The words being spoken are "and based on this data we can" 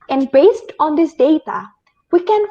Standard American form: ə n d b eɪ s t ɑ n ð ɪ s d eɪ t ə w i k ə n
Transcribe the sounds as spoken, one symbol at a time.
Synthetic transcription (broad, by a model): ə n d b eɪ s t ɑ n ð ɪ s d eɪ t ə w i k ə n